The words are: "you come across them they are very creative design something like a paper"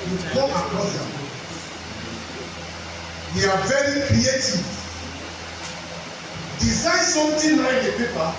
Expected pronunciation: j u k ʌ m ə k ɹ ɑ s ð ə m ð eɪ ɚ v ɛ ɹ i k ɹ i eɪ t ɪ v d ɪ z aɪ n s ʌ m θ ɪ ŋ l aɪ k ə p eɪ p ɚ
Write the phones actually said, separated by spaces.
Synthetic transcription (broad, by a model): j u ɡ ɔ ə k ɹ ɑ s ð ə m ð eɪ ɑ v ɛ ɹ i k ɹ i eɪ t ɪ v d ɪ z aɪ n s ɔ m t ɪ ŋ l aɪ k ə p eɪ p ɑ